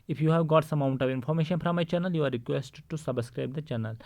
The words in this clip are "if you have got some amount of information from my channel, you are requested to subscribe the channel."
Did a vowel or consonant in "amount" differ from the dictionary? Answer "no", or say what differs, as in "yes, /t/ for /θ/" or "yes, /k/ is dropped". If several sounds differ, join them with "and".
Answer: yes, /m/ is dropped